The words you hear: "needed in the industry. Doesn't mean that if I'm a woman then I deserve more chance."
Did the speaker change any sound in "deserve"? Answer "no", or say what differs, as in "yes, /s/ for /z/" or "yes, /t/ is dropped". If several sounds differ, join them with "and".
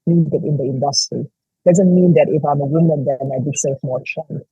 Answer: yes, /s/ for /z/ and /f/ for /v/